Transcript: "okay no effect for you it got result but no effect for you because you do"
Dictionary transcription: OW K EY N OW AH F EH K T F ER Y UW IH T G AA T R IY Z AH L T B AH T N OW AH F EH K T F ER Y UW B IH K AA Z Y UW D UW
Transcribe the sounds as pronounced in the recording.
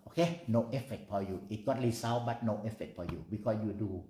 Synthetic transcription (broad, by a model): OW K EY N OW AH F EH K T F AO Y UW IH T G AA T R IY S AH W B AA T N OW AH F EH K T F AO Y UW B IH K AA S Y UW D UW